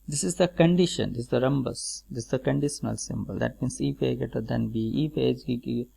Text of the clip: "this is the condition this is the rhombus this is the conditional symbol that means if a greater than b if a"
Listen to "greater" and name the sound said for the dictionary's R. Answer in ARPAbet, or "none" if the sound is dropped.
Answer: none